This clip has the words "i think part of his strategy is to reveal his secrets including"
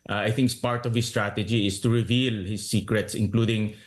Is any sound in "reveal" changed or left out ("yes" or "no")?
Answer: no